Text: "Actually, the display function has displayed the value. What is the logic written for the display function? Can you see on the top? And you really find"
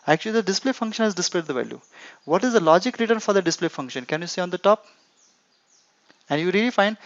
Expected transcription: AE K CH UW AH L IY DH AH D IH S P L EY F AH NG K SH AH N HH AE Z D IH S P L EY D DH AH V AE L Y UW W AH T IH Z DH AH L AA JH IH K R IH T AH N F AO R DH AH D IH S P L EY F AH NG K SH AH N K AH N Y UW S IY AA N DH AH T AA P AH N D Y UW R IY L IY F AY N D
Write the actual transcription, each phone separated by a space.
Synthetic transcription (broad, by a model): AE K CH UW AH L IY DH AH D IH S P L EY F AH NG K SH AH N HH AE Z D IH S P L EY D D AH V AE L Y UW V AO T IH Z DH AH L AA JH IH K R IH T AH N F AO R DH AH D IH S P L EY F AH NG K SH AH N K AH N Y UW S IY AA N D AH T AA P AH N D Y UW R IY L IY F AY N D